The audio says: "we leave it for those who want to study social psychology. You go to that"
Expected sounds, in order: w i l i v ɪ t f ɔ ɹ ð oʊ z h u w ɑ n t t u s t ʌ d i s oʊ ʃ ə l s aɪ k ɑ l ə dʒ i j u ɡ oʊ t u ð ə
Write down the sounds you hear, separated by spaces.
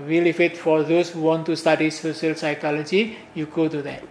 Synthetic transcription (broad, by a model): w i l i f ɪ t f ɔ ɹ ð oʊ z h u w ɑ n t t u s t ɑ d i s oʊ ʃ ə l s aɪ k ɑ l ə dʒ i j u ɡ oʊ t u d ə